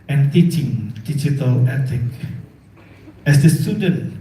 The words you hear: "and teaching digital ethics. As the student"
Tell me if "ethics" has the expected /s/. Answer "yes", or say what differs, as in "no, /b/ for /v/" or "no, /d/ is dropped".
no, /s/ is dropped